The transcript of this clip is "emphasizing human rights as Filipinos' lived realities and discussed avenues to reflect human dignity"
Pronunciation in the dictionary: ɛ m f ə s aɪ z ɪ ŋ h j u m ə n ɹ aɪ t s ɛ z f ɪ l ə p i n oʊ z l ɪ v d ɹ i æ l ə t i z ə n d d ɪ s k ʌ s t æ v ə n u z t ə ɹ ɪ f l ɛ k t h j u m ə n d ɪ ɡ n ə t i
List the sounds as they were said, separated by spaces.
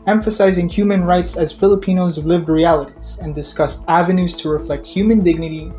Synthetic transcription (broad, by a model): ɛ m f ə s aɪ z ɪ ŋ h j u m ə n ɹ aɪ t s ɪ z f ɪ l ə p i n oʊ z l ɪ v d ɹ i æ l ə t i z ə n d d ɪ s k ʌ s t æ v ə n u z t ə ɹ ɪ f l ɛ k t h j u m ə n d ɪ ɡ n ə t i